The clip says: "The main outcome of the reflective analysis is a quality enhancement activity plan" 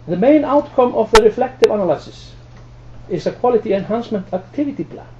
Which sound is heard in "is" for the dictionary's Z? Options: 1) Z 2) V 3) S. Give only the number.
3